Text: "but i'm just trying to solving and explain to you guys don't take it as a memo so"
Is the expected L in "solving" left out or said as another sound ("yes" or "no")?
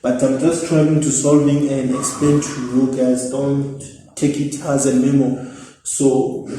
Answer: no